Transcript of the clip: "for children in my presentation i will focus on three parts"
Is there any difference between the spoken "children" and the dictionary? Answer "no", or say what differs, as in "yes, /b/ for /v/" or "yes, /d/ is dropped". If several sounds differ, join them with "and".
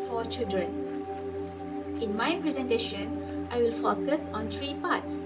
no